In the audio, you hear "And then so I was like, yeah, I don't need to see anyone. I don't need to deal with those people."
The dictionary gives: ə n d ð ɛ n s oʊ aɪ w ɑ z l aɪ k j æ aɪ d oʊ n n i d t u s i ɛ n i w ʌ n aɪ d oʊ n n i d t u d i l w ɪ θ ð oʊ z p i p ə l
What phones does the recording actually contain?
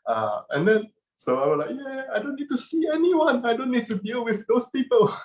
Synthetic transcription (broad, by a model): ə n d ɛ n s oʊ aɪ w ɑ s l aɪ k j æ aɪ d oʊ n n i d t u s i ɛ n i w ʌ n aɪ d oʊ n n i d t u d i l w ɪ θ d oʊ s p i p ə l